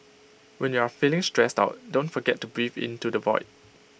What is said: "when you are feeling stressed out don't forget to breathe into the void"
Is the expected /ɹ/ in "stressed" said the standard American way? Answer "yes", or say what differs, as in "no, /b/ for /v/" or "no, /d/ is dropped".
yes